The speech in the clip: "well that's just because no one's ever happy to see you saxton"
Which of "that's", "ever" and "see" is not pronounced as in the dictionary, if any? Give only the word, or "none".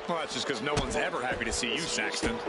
none